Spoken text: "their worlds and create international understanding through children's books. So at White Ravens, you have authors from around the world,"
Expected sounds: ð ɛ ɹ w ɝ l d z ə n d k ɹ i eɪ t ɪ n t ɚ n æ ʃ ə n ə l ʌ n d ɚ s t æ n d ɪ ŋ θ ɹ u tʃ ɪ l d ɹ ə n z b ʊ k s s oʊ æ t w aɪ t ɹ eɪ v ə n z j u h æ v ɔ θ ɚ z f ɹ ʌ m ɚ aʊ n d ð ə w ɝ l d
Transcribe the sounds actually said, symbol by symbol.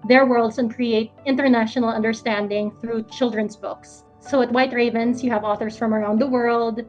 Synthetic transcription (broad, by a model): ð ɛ ɹ w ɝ l d s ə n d k ɹ i eɪ t ɪ n t ɚ n æ ʃ ə n ə l ʌ n d ɚ s t æ n d ɪ ŋ θ ɹ u tʃ ɪ l d ɹ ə n s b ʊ k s s oʊ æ t w aɪ t ɹ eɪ v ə n s j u h æ v ɔ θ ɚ s f ɹ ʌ m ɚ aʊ n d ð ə w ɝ l d